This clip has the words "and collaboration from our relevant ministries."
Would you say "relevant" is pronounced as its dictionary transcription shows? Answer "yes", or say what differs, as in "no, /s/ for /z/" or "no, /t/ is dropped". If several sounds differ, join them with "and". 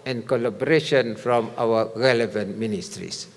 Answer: yes